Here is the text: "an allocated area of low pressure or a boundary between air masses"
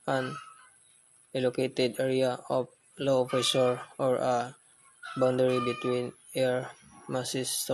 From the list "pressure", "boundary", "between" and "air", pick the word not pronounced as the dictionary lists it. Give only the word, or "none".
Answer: pressure